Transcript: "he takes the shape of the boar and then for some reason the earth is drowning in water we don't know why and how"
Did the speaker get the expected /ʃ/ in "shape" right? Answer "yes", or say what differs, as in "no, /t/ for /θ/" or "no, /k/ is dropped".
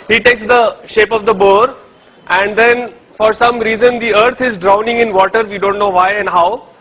yes